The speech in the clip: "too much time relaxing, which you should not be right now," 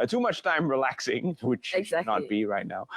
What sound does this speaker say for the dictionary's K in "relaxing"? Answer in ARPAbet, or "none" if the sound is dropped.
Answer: K